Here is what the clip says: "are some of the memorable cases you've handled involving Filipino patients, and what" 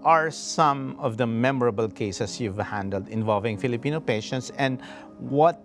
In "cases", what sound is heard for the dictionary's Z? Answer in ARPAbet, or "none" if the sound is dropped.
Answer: S